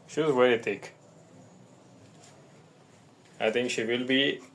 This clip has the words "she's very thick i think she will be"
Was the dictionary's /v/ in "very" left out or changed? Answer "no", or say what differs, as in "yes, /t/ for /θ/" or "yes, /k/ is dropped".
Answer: yes, /w/ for /v/